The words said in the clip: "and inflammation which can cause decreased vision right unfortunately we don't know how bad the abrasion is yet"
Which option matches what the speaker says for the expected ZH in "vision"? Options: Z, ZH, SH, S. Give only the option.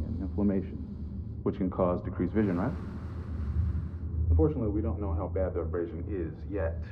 ZH